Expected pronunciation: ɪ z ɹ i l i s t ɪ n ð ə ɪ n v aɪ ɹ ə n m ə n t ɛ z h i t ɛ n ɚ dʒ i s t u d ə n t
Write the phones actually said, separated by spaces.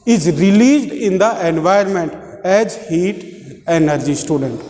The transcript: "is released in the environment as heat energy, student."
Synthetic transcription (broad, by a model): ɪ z ɹ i l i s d ɪ n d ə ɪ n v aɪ ə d m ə n t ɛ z h i t ɛ n ɚ dʒ i s t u d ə n t